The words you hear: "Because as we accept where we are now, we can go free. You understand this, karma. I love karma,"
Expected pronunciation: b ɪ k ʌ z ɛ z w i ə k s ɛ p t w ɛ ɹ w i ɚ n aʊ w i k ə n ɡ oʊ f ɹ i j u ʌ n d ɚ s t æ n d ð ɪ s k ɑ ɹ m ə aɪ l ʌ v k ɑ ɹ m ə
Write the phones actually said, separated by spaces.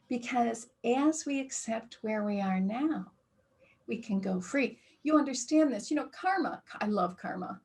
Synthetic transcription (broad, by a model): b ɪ k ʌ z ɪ z w i ə k s ɛ p t w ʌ ɹ w i ɚ n aʊ w i k ə n ɡ oʊ f ɹ i j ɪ ʌ n d ɚ s t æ n ð ɪ s k ɑ ɹ m ə aɪ l ʌ v k ɑ ɹ m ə